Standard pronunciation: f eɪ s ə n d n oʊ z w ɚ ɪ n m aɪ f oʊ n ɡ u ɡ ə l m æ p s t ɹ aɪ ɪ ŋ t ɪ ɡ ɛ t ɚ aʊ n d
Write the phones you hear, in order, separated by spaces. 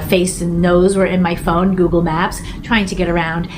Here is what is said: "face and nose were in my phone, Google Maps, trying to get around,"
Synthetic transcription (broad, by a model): f eɪ s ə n n oʊ z w ɚ ɪ n m aɪ f oʊ n ɡ u ɡ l m æ p s t ɹ aɪ ɪ ŋ t ɪ ɡ ɛ t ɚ aʊ n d